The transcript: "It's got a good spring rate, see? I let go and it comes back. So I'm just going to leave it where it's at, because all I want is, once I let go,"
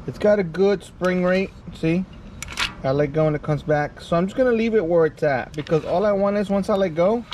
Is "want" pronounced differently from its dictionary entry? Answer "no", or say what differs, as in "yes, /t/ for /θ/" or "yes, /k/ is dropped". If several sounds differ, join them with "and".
yes, /t/ is dropped